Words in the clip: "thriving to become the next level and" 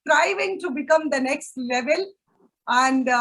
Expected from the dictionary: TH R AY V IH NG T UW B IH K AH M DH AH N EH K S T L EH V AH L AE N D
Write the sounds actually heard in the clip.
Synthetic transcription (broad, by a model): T R AY V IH NG T UW B IH K AH M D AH N EH K S T L EH V AH L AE N D